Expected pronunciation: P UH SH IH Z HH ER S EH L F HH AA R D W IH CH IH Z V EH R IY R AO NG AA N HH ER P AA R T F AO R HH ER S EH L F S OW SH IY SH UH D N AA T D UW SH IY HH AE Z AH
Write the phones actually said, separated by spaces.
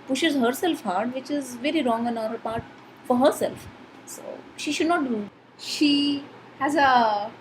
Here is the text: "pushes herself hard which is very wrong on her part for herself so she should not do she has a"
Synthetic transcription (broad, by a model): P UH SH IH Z HH ER S EH L F HH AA R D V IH CH IH Z V EH R IY R AO NG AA N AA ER P AA R T F AO R HH ER S EH L F S OW SH IY SH UH D N AA T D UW SH IY HH AE Z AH